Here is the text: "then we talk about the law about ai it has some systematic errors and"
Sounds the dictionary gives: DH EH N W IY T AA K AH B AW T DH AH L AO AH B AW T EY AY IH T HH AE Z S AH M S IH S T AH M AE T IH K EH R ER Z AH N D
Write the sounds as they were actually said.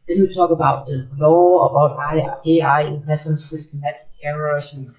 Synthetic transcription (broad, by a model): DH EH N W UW T AA K AH B AW T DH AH L AO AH B AW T EY AY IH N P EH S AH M S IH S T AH M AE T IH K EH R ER S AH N